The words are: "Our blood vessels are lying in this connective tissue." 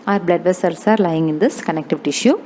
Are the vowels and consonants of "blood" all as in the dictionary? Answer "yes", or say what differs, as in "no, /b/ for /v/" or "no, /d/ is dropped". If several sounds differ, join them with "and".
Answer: yes